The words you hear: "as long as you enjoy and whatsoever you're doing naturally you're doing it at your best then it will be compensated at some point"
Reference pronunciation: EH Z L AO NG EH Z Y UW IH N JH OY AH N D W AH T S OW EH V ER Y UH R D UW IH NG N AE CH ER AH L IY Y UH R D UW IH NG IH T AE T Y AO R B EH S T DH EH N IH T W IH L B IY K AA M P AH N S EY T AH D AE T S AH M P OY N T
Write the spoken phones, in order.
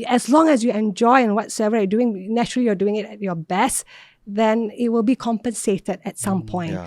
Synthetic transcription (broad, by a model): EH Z L AO NG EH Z Y UW IH N JH OY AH N W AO T S OW EH V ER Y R D UW IH NG N AE CH ER AH L IY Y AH D UW IH NG IH T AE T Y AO B EH S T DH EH N IH T W IH L B IY K AA M P AH N S EY T AH D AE T S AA M P OY N T